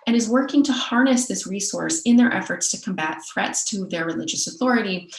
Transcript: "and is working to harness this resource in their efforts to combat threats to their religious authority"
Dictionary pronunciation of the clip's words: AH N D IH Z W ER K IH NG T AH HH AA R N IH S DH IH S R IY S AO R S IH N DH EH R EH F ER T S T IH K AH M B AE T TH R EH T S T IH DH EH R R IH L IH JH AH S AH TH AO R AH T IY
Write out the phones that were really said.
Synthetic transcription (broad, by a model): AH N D IH Z W ER K IH NG T AH HH AA R N IH S DH IH S R IY S AO R S IH N DH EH R EH F ER T S T IH K AH M B AE T TH R EH T S T IH DH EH R R IH L IH JH AH S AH TH AO R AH T IY